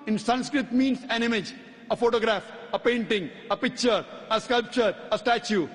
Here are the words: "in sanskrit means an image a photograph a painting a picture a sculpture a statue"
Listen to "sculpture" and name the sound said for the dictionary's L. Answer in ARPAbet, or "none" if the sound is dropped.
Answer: L